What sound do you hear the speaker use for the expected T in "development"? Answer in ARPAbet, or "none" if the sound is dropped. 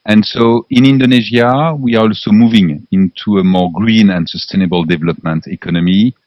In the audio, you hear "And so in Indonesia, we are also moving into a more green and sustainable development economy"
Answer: T